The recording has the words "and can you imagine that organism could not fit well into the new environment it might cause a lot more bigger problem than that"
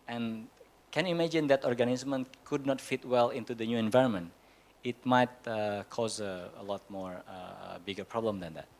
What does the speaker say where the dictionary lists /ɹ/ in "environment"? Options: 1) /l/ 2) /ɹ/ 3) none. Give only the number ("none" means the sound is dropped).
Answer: 2